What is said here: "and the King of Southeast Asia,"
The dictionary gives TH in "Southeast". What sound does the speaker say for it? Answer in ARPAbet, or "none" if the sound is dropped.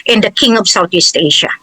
T